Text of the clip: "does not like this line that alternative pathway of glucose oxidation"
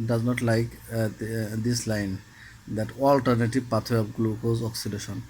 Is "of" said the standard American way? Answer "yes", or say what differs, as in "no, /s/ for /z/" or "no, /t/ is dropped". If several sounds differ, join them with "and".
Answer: no, /p/ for /v/